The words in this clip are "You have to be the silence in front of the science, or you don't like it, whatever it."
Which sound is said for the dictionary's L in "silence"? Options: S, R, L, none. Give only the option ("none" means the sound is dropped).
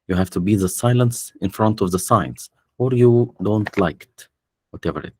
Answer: L